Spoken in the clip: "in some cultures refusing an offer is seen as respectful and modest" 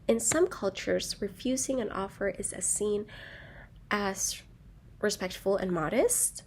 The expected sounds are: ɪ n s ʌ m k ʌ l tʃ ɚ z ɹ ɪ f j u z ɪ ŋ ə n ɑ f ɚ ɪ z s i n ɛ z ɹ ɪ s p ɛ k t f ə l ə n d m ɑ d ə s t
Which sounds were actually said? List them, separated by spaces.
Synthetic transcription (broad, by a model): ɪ n s ʌ m k ʌ l tʃ ɚ z ɹ ɪ f j u z ɪ ŋ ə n ɑ f ɚ ɪ z s i n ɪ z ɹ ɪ s p ɛ k t f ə l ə n m ɑ d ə s t